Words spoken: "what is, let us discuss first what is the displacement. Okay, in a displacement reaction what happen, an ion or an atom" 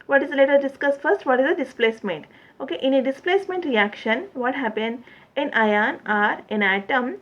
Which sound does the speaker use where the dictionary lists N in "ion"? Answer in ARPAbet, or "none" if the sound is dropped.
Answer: N